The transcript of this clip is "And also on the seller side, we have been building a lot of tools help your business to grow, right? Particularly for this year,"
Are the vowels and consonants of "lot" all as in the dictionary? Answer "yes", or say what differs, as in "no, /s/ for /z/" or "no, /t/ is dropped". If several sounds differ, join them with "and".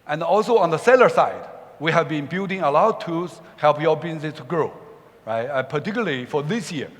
no, /t/ is dropped